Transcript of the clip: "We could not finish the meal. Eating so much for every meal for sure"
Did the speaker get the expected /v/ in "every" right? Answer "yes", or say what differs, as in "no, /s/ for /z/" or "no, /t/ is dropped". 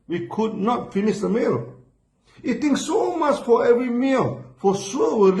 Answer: yes